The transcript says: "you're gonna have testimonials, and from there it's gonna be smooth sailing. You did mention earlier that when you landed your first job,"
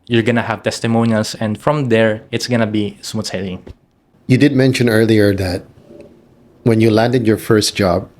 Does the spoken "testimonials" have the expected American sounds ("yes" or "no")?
no